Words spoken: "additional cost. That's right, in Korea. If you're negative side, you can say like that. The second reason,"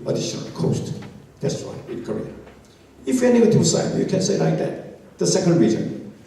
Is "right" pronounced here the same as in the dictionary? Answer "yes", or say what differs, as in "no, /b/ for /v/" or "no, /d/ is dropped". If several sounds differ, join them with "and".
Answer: no, /w/ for /ɹ/ and /t/ is dropped